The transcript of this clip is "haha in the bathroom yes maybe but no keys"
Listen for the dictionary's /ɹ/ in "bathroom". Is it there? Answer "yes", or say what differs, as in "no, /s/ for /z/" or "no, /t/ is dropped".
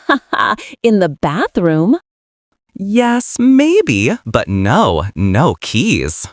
yes